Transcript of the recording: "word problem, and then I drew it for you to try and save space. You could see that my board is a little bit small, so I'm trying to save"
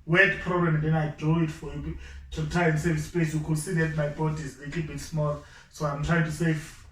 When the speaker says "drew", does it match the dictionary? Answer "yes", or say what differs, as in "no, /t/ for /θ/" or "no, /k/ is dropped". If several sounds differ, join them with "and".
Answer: no, /ɹ/ is dropped